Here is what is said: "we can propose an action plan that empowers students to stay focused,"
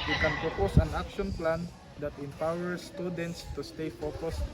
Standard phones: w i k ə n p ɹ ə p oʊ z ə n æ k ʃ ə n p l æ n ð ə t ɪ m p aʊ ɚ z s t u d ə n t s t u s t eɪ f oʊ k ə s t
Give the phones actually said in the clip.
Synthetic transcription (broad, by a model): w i k ə n p ɹ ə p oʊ s ə n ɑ k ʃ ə n p l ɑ n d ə t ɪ m p aʊ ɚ s t u d ə n t s t u s t eɪ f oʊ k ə s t